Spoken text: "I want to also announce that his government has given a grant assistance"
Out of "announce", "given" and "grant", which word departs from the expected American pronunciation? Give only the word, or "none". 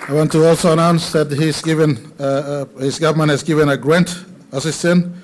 none